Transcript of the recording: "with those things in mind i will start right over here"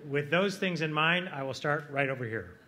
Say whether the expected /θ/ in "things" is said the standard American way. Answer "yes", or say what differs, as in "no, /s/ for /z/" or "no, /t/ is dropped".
yes